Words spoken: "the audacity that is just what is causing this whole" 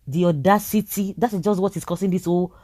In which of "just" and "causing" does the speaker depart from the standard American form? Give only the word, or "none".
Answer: causing